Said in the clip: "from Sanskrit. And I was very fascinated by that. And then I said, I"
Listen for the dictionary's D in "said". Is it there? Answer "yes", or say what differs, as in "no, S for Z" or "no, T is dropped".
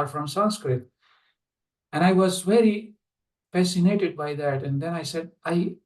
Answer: yes